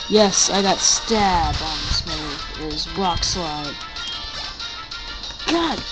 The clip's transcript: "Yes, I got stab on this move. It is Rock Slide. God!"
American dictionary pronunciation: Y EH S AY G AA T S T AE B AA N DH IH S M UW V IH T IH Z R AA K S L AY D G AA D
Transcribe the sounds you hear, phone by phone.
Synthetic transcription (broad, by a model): Y EH S AY G AA T S T AE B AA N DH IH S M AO IH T IH Z R AA K S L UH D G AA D